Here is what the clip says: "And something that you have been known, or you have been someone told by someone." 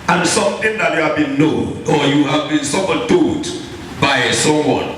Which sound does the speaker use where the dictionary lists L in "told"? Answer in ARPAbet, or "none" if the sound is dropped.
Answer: none